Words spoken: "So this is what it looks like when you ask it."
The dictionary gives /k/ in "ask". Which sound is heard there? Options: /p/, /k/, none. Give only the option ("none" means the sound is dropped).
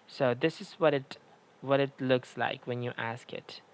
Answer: /k/